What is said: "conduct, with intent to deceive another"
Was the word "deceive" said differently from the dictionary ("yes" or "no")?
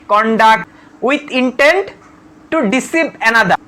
yes